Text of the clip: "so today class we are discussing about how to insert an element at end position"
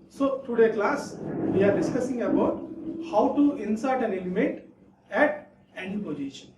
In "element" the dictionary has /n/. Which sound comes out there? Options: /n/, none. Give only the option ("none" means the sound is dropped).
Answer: none